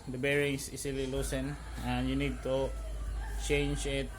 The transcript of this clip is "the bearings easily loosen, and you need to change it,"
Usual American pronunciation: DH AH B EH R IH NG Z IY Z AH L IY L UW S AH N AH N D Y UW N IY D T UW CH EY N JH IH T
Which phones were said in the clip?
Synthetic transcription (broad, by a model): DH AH B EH R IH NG S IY S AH L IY L UW S AH N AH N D Y UW N IY D T UW CH EY N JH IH T